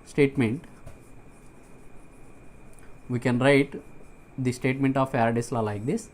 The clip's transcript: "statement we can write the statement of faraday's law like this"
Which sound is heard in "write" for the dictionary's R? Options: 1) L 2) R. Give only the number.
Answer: 2